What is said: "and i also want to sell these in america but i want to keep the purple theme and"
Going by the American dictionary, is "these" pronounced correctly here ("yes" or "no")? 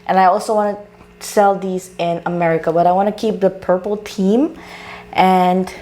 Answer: yes